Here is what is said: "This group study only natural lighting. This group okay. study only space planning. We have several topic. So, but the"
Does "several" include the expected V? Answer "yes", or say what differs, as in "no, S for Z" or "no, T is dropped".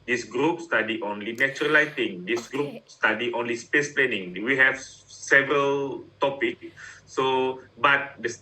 yes